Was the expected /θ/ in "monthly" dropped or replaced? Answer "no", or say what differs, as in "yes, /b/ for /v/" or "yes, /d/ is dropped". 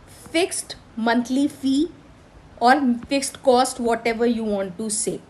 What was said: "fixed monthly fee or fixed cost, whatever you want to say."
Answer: yes, /t/ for /θ/